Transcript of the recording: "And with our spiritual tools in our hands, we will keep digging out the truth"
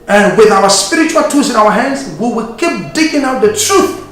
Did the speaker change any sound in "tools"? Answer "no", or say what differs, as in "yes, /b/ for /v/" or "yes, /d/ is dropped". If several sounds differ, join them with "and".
yes, /l/ is dropped